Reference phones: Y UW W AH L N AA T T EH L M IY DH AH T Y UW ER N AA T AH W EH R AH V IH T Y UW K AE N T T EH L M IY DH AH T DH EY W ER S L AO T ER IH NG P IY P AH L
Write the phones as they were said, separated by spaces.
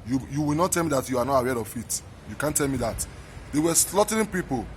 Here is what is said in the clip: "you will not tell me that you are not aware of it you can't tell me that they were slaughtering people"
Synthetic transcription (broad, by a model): Y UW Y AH W N AA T T EH L M IY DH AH T Y UW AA N AA T AH W EH R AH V IH T Y UW K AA N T T EH L M IY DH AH T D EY W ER S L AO T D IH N P IY P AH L